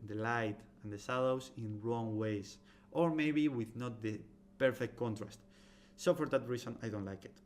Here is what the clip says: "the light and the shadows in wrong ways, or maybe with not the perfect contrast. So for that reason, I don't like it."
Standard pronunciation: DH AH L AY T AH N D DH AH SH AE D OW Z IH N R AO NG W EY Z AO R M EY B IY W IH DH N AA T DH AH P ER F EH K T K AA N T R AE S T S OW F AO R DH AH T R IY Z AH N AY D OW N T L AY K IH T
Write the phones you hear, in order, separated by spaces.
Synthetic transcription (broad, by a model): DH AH L AY T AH N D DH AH S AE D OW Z IH N R AO NG W EY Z AO R M EY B IY W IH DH N AA T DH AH P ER F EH K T K AA N T R AE S T S OW F AO R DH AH T R IY S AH N AY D OW N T L AY K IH T